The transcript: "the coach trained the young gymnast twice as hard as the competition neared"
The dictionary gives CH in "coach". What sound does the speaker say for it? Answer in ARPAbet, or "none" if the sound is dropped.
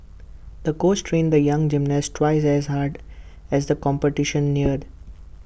S